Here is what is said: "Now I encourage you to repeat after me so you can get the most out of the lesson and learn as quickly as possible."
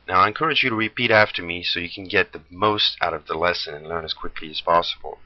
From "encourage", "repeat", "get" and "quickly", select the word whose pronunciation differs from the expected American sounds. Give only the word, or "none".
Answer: none